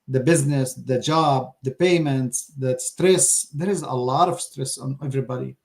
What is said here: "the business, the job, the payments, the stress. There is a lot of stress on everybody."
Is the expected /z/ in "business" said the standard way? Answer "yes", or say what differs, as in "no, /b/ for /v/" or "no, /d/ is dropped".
yes